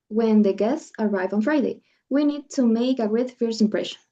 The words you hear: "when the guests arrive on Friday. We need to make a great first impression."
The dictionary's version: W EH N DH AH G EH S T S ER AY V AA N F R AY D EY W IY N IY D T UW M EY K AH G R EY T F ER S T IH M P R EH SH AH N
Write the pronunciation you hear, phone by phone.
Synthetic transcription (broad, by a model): W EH N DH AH G EH S T S ER AY V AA N F R AY D EY W IY N IY D T UW M EY K AH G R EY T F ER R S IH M P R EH SH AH N